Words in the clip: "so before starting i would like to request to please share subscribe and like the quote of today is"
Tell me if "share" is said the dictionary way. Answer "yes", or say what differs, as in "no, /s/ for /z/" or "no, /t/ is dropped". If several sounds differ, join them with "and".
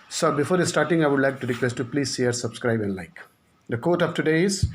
no, /s/ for /ʃ/